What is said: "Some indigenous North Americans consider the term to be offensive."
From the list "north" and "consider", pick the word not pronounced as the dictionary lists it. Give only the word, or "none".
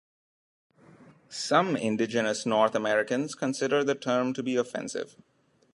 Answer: north